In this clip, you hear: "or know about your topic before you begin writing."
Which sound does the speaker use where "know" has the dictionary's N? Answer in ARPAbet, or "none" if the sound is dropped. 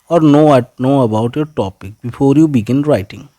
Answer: N